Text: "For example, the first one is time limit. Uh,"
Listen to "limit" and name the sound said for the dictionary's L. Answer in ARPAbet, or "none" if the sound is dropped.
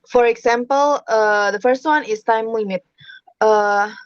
W